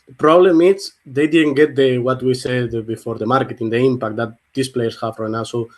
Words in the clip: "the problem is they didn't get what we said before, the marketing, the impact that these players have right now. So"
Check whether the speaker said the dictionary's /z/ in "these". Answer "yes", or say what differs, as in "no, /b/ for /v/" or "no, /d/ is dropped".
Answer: no, /s/ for /z/